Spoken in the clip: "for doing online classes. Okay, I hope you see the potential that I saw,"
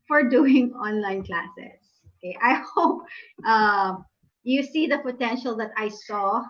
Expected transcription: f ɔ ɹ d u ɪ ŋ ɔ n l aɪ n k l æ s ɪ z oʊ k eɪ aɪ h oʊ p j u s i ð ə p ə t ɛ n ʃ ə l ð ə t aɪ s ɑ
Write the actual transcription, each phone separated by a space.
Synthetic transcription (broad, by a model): f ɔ ɹ d u ɪ ŋ ɔ n l aɪ n k l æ s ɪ s oʊ k eɪ aɪ h oʊ p j u s i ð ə p ə t ɛ n ʃ ə l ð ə t aɪ s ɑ